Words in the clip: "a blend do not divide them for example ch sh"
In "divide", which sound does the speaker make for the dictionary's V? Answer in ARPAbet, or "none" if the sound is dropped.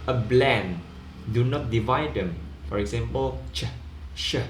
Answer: V